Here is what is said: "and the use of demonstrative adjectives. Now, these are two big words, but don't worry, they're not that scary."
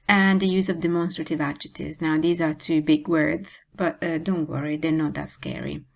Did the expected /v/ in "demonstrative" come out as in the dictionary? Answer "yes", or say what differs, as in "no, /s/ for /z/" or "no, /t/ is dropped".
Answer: yes